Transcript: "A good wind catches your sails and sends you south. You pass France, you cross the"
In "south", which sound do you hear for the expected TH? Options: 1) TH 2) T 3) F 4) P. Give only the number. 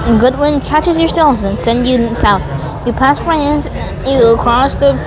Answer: 1